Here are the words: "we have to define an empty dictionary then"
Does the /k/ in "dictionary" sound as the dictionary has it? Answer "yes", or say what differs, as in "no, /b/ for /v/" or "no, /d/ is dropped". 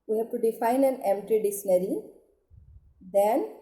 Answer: no, /k/ is dropped